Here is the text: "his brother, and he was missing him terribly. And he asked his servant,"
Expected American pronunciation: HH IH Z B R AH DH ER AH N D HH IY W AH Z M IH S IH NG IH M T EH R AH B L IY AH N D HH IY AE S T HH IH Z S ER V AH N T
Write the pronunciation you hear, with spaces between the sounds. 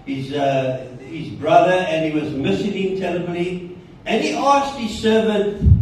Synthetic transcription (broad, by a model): HH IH Z B R AH DH ER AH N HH IY W AH Z M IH S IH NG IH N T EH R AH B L IY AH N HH IY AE S T HH IH Z S ER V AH N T